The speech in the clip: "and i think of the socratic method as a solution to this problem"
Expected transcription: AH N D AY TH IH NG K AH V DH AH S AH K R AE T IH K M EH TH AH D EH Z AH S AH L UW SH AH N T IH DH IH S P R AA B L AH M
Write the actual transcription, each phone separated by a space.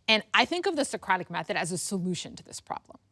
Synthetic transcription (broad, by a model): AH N AY TH IH NG K AH V DH AH S AH K R AE T IH K M EH TH AH D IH Z AH S AH L UW SH AH N T IH DH IH S P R AA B L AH M